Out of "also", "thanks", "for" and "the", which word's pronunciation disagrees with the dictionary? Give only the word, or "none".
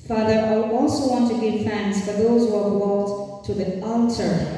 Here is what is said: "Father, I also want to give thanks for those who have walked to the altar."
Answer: thanks